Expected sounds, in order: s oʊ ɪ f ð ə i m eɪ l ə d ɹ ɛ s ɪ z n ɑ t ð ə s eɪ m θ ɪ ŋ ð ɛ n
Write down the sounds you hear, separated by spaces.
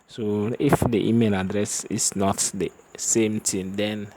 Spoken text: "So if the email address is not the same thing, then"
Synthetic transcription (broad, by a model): s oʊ ɪ f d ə i m eɪ l ə d ɹ ɛ s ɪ s n ɑ t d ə s eɪ m t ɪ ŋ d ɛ n